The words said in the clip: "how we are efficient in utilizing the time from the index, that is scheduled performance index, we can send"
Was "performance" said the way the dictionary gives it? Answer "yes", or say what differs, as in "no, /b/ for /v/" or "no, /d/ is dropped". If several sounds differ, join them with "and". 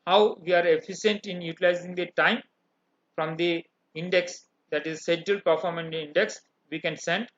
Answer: no, /s/ is dropped